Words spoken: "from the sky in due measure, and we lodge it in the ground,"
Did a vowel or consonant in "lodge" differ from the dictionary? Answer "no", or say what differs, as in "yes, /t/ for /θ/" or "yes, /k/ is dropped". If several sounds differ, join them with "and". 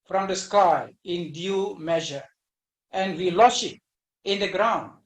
yes, /ʃ/ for /dʒ/